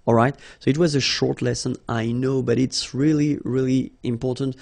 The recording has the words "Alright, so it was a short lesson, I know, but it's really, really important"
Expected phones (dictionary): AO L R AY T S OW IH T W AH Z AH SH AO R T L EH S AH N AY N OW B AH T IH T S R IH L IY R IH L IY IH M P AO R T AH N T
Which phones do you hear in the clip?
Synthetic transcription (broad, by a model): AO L R AY T S OW IH T W AH Z AH SH AO R T L EH S AH N AY N OW B AH T IH T S R IH L IY R IH L IY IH M P AO R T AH N T